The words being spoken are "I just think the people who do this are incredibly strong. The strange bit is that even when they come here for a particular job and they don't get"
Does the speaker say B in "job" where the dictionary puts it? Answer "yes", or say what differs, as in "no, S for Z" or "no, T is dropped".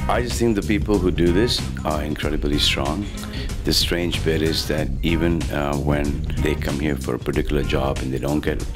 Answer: yes